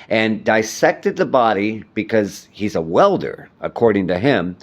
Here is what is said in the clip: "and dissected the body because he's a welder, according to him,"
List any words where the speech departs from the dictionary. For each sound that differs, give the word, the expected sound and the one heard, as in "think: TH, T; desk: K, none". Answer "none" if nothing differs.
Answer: none